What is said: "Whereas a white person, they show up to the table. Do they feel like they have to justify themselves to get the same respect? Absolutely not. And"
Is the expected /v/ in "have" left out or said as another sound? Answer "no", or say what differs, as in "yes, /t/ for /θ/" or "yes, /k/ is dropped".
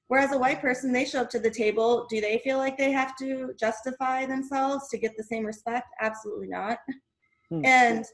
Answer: yes, /f/ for /v/